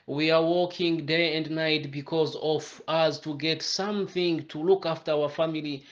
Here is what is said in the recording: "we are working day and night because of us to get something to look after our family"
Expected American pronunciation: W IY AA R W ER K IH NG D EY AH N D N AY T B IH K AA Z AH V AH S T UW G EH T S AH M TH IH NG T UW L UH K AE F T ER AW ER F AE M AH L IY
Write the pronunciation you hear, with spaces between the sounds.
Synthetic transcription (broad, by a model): W IY AA R W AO K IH NG D EY AH N D N AY T B IH K AA Z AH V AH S T UW G EH T S AH M TH IH NG T UW L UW K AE F T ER AW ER F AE M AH L IY